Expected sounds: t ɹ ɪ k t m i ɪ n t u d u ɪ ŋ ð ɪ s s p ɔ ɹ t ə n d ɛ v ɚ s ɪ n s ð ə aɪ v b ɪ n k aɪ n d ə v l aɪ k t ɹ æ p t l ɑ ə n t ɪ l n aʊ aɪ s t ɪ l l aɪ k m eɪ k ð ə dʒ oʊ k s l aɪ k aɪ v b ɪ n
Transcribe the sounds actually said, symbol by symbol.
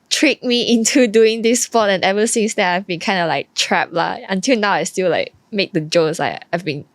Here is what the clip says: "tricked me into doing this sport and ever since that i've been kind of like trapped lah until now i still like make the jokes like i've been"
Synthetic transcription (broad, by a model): t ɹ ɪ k m i ɪ n t u d u ɪ ŋ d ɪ s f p ɔ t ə n ɛ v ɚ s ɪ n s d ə aɪ v b ɪ n k aɪ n d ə l aɪ k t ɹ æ p l ɑ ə n t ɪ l n aʊ aɪ s t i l l aɪ k m eɪ k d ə dʒ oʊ s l aɪ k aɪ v b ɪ n